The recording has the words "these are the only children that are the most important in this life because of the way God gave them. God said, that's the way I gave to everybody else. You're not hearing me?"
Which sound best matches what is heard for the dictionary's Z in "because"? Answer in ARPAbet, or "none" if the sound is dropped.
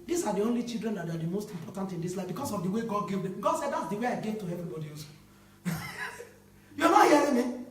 S